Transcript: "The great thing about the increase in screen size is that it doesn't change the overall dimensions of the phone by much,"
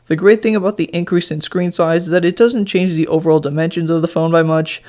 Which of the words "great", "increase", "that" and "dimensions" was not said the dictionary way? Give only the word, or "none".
none